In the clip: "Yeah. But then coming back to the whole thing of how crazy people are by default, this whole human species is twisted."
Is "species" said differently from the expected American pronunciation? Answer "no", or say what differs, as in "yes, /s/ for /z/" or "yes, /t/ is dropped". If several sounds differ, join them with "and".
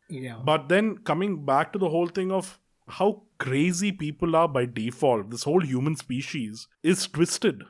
no